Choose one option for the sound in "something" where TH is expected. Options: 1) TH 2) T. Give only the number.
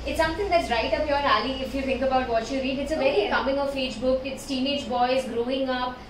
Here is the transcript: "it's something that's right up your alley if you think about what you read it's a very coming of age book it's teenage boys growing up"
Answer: 2